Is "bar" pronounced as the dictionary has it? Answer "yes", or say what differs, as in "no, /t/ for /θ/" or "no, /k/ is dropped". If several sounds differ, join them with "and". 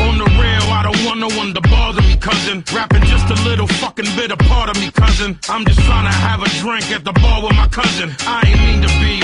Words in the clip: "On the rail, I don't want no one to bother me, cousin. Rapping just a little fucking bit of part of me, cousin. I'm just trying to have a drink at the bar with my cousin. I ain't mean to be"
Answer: no, /l/ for /ɹ/